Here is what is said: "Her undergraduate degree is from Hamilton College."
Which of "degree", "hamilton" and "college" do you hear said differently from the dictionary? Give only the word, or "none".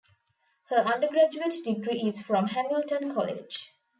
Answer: none